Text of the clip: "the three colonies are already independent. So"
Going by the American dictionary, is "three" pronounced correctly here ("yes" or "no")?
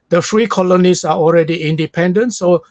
no